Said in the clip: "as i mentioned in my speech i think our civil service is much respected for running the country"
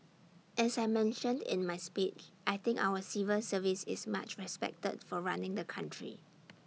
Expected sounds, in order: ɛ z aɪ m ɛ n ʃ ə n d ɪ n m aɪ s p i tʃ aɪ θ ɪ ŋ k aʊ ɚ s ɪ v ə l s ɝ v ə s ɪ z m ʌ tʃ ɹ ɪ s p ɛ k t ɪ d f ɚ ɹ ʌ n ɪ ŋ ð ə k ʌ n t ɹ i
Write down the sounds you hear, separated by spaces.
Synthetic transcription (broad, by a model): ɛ s aɪ m ɛ n ʃ ə n d ɪ n m aɪ s p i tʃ aɪ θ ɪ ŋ k aʊ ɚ s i v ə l s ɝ v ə s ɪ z m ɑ tʃ ɹ ɪ s p ɛ k t ɪ d f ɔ ɹ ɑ n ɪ ŋ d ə k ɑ n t ɹ i